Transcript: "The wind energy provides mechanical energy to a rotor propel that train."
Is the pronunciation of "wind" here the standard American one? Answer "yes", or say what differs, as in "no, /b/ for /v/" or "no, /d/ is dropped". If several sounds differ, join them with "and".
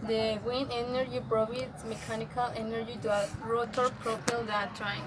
no, /d/ is dropped